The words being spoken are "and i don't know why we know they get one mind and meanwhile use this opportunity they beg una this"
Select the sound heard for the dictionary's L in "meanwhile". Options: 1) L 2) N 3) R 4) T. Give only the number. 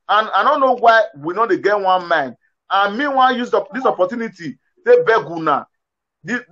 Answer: 2